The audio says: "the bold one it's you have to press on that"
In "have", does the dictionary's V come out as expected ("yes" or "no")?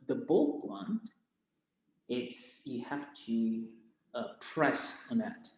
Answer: no